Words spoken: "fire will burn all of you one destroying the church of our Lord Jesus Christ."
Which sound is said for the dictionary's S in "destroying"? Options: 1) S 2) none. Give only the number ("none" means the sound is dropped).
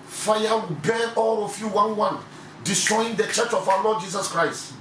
1